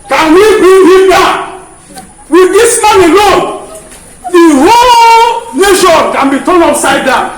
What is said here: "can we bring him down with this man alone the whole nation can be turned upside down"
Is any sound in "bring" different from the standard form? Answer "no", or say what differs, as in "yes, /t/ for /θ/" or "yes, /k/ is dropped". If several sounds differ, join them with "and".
yes, /ɹ/ is dropped